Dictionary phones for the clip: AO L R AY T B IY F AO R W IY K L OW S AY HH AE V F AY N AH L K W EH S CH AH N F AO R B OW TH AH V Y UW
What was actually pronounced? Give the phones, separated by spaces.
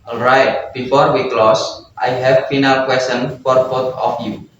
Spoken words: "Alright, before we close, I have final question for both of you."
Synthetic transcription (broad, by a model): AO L R AY T B IY F AO R W IY K L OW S AY HH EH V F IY N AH L K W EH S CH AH N F AO R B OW T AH F Y UW